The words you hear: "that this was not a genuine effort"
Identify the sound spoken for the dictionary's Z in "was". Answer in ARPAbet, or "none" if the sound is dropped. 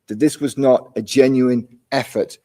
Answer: Z